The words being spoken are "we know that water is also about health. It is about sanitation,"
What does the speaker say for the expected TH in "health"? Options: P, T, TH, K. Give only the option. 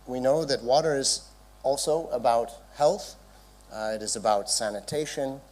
TH